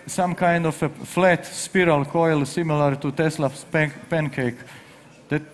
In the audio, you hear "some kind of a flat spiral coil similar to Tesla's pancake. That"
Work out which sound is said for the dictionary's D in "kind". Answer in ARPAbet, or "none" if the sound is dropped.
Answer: D